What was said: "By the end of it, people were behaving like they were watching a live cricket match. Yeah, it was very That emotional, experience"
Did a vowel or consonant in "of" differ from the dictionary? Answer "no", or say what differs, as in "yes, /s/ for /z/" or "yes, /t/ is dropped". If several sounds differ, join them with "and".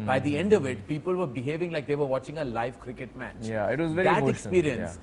no